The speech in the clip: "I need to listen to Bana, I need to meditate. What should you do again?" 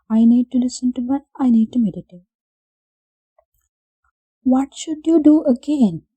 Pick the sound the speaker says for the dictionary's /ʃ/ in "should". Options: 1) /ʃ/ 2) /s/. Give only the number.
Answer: 1